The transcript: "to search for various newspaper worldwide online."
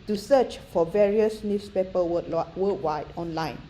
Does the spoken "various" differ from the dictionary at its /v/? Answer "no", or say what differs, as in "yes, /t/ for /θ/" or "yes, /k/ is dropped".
no